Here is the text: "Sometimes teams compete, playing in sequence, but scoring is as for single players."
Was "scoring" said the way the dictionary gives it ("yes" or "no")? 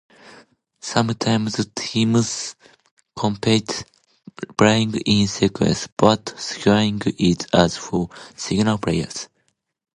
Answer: no